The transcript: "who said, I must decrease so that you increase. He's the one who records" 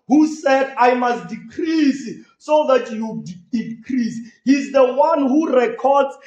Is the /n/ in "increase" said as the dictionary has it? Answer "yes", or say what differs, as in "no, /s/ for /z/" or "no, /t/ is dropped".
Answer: no, /n/ is dropped